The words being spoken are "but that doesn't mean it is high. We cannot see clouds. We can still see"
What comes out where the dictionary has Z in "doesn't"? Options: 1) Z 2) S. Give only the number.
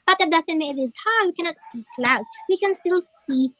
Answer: 2